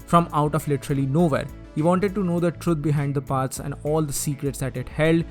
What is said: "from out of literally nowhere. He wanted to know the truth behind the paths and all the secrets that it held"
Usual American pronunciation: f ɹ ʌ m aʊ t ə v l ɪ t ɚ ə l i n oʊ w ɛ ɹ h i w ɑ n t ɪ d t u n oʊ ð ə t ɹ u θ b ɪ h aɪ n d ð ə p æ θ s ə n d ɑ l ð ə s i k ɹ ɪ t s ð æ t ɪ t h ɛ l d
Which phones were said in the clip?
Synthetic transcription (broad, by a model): f ɹ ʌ m aʊ t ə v l ɪ t ɚ ə l i n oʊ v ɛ ɹ h i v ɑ n t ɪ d t u n oʊ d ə t ɹ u t b ɪ h aɪ n d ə p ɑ t s ə n d ɑ l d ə s i k ɹ ɪ t s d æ t ɪ t h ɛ l d